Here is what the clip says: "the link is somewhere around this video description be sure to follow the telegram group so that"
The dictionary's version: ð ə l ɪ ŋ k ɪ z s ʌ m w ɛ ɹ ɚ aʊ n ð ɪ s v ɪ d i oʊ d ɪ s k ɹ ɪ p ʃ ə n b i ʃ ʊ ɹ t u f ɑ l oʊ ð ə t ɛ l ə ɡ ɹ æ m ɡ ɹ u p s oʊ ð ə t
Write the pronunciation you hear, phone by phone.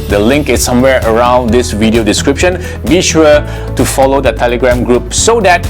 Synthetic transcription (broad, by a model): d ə l ɪ ŋ k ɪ s ʌ m w ɛ ɹ ɚ aʊ n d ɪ s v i d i oʊ d ɪ s k ɹ ɪ p ʃ ə n b i ʃ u t u f ɑ l oʊ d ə t ɛ l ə ɡ ɹ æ m ɡ ɹ u p s oʊ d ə t